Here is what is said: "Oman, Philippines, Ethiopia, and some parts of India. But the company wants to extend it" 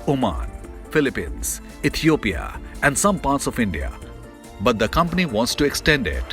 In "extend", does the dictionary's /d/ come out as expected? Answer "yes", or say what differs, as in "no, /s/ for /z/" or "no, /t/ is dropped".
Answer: yes